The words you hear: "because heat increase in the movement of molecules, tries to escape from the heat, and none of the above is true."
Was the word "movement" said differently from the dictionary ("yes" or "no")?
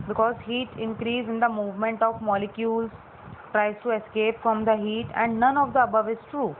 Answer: no